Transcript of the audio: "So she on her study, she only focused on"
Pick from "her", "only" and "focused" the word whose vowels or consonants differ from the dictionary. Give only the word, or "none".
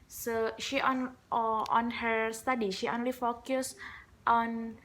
none